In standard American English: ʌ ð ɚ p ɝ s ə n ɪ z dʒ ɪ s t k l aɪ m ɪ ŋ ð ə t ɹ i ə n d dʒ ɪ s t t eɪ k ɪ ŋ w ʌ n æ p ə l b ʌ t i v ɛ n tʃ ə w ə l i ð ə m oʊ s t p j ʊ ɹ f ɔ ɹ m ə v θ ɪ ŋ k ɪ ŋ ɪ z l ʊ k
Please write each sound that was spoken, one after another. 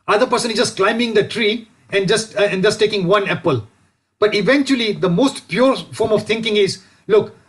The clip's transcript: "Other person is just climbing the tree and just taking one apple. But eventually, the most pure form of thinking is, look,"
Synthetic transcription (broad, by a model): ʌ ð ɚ p ɝ s ə n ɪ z dʒ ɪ s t k l aɪ m ɪ ŋ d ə t ɹ i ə n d dʒ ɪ s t t eɪ k ɪ ŋ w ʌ n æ p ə l b ʌ t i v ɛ n tʃ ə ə l i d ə m oʊ s t p j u ɹ f ɔ ɹ m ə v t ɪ ŋ k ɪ ŋ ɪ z l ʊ k